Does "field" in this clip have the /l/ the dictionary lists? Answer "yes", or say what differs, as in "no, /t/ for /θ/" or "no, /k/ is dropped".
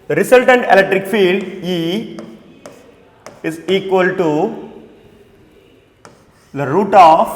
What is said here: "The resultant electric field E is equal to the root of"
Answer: yes